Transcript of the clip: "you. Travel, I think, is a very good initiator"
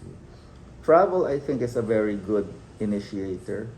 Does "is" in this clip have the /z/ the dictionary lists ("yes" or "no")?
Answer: no